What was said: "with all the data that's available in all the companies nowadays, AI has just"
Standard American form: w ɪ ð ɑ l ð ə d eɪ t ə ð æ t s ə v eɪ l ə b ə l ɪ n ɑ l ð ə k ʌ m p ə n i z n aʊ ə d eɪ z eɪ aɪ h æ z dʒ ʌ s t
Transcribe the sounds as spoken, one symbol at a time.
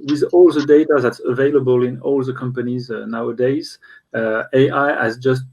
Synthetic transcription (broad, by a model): w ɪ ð ɑ l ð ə d eɪ t ə ð æ t s ə v eɪ l ə b ə l ɪ n ɑ l ð ə k ʌ m p ə n i z n aʊ ə d eɪ z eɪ aɪ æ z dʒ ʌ s t